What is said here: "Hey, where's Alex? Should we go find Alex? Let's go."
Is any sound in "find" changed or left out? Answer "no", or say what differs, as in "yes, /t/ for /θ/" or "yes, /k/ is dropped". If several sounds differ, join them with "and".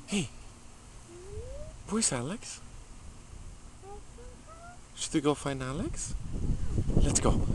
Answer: yes, /d/ is dropped